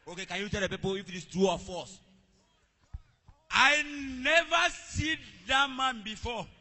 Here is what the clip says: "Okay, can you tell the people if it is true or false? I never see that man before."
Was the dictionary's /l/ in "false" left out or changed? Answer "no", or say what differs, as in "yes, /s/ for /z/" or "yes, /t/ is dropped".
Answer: yes, /l/ is dropped